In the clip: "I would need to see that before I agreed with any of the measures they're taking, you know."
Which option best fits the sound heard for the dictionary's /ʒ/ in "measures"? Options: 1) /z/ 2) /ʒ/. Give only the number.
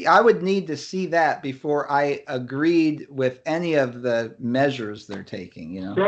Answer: 2